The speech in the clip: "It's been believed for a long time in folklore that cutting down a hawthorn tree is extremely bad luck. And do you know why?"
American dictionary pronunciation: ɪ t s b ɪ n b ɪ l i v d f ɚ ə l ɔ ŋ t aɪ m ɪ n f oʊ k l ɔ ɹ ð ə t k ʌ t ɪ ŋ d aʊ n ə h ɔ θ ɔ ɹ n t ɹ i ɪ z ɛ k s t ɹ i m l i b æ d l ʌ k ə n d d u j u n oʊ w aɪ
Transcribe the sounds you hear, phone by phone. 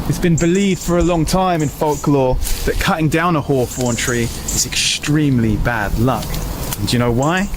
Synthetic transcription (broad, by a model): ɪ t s b ɪ n b ɪ l i v d f ɚ ə l ɔ ŋ t aɪ m ɪ n f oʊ k l ɔ ð ə t k ʌ t ɪ ŋ d aʊ n ə h ɔ f ɔ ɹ n t ɹ i ɪ z ɛ k s t ɹ i m l i b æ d l ʌ k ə n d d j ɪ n oʊ w aɪ